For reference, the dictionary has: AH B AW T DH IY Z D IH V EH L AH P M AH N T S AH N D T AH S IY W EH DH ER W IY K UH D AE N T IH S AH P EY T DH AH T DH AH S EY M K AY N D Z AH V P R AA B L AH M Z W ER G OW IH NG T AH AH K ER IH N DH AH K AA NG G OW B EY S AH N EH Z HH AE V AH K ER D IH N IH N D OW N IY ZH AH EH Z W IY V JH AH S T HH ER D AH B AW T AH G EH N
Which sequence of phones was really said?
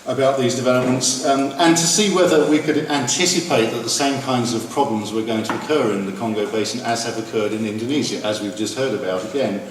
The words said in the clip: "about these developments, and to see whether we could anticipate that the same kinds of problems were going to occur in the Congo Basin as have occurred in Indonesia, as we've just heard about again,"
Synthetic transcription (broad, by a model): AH B AW T DH IY Z D IH V EH L AH P M AH N T S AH N T AH S IY W EH DH ER W IY K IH D AE N T IH S AH P EY T DH AH T DH AH S EY M K AY N D Z AH V P R AA B L AH M Z W ER G OW IH NG T AH AH K ER IH N DH AH K AA NG G OW B EY S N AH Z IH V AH K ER D IH N IH N D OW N IY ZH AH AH Z W IY V JH AH S T HH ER D AH B AW T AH G EH N